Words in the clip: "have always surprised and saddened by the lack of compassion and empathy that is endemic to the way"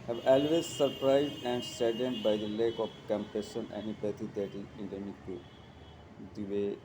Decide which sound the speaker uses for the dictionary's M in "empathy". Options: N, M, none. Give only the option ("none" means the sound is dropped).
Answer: none